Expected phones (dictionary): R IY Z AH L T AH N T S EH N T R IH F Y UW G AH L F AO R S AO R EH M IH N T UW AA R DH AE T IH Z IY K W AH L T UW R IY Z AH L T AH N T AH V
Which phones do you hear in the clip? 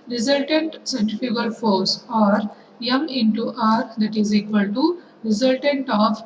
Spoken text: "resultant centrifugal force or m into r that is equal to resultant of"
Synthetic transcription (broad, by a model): R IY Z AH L T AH N T S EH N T IH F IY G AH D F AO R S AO R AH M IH N T UW AA R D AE T IH Z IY K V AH L T UW R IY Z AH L T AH N T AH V